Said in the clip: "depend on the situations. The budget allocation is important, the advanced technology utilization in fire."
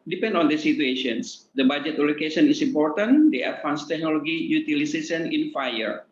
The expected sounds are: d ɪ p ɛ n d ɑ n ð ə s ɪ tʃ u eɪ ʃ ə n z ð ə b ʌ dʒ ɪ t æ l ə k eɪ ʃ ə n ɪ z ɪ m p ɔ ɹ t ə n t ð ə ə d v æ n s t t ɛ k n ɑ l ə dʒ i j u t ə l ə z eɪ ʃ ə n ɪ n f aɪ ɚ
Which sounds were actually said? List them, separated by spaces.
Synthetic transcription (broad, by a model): d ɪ p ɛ n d ɑ n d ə s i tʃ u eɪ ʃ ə n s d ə b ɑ dʒ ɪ t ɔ l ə k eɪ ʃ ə n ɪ s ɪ m p ɔ ɹ t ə n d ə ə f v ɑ n s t t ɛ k n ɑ l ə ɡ i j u t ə l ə s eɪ s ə n ɪ n f aɪ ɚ